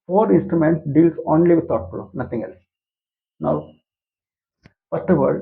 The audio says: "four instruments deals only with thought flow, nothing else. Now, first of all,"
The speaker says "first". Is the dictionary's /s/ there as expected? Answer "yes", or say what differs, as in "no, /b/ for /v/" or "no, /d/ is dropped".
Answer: no, /s/ is dropped